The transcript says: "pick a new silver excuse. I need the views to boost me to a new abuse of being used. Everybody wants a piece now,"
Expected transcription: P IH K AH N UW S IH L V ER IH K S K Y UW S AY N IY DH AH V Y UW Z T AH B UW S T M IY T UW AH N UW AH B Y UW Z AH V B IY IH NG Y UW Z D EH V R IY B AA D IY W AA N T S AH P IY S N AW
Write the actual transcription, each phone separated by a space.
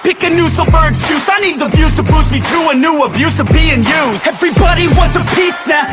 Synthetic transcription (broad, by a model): P IH K AH N UW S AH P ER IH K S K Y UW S AY N IY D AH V Y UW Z T AH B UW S M IY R UW AH N UW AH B Y UW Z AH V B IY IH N Y UW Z EH V R IY B AA D IY W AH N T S AH P IY S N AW